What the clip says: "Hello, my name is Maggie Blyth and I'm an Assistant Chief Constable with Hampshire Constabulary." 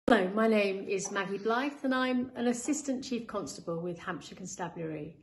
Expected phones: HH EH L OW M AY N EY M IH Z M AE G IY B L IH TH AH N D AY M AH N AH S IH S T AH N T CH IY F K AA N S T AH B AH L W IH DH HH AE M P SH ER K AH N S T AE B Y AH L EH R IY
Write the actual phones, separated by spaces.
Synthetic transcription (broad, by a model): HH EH L OW M AY N EY M IH Z M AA G IY B L IH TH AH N AY M AH N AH S IH S T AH N CH IY F K AA N S T AH B AH L W IH DH HH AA M P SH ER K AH N S T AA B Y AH R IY